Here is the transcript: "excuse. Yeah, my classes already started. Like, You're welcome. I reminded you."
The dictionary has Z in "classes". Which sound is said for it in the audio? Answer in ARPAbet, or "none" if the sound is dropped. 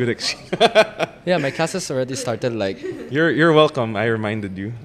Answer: S